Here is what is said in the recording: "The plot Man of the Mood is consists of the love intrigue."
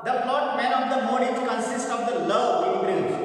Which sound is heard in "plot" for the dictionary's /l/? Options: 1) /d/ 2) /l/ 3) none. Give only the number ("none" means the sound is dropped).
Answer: 3